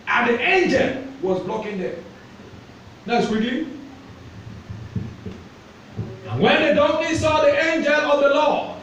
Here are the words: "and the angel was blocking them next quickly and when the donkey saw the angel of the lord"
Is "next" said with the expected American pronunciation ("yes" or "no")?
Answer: no